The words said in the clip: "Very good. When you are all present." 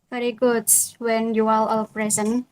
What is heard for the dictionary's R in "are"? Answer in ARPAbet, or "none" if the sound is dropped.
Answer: L